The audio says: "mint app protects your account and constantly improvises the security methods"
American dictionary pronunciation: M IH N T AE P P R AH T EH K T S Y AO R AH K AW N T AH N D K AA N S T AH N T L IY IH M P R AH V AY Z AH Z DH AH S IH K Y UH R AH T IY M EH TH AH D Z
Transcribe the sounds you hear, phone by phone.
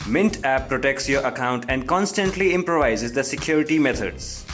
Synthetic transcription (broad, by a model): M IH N T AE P P R AH T EH K T S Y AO R AH K AW N T AH N D K AA N S T AH N T L IY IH M P R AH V AY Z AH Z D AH S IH K Y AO R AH T IY M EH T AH D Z